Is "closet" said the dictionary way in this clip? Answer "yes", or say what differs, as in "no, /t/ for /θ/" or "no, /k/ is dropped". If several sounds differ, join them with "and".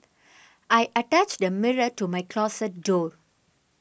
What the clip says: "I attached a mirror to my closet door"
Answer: no, /s/ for /z/